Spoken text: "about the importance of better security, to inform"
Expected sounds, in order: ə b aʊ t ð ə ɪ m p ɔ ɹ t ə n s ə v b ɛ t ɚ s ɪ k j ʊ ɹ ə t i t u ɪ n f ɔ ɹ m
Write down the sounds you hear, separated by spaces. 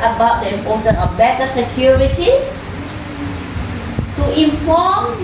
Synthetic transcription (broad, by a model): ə b aʊ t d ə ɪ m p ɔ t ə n ə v b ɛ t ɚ s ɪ k j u ɹ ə t i t u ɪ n f ɔ m